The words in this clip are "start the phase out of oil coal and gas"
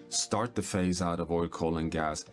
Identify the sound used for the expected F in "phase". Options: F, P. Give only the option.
F